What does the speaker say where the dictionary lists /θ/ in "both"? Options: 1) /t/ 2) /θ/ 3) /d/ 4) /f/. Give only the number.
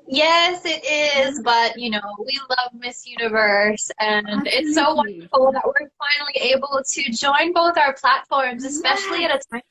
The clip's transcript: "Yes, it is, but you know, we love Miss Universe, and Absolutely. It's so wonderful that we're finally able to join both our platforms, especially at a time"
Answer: 2